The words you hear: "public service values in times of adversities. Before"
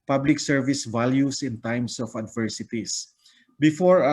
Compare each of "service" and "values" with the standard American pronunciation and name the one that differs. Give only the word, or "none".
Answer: values